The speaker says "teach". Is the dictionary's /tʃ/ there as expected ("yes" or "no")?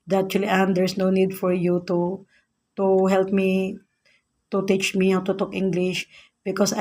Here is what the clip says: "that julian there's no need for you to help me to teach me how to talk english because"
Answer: yes